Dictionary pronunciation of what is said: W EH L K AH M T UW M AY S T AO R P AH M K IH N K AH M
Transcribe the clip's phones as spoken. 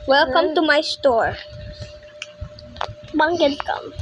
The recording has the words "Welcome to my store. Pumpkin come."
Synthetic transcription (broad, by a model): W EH L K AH M T UW M AY S T AO R B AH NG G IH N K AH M